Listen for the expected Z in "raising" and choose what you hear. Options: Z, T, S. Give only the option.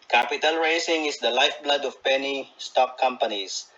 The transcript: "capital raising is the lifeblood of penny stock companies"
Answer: S